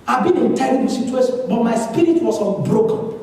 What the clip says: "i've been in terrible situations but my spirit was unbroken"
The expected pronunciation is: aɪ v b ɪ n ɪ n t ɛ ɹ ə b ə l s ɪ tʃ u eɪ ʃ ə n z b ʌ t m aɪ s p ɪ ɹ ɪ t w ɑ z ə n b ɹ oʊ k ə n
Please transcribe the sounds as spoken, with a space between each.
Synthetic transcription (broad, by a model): aɪ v b ɪ n ɪ n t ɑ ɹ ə ə s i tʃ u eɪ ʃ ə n b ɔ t m aɪ s p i ɹ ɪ t w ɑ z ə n b ɹ oʊ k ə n